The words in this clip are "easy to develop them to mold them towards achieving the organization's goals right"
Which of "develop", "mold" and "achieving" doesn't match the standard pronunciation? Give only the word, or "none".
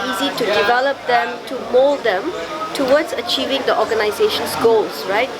none